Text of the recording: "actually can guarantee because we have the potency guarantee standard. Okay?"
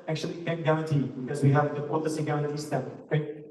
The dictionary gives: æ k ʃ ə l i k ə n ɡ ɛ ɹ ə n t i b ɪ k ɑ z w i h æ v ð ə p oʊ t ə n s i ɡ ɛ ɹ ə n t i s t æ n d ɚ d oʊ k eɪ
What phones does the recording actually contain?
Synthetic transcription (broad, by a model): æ k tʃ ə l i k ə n ɡ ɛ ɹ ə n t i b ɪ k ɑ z w i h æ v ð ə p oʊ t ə s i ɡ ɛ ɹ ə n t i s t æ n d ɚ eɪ